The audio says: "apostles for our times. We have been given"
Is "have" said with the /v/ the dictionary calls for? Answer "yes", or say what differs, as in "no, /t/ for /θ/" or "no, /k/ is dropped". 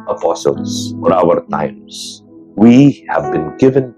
yes